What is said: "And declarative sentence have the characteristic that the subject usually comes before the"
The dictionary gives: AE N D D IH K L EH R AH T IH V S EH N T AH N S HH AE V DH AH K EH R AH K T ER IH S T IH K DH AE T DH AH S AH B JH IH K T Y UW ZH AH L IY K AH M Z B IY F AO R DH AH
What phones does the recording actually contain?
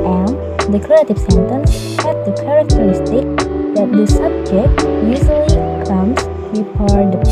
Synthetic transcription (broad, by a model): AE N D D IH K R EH AH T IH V S EH N T AH N S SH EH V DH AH K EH R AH K T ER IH S T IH K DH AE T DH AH S AH B JH IH K T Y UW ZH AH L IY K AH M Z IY P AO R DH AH